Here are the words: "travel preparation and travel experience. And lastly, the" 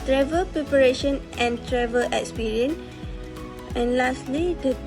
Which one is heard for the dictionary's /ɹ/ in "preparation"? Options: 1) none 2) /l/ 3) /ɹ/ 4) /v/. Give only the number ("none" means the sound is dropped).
3